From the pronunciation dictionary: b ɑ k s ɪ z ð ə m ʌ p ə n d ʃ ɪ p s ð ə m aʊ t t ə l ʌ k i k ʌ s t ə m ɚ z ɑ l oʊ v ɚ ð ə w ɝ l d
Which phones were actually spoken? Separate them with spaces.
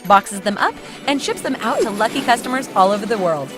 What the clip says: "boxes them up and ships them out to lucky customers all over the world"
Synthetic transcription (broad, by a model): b ɑ k s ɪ z ð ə m ʌ p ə n ʃ ɪ p s ð ə m aʊ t t ə l ʌ k i k ʌ s t ə m ɚ z ɑ l oʊ v ɚ ð ə w ɝ l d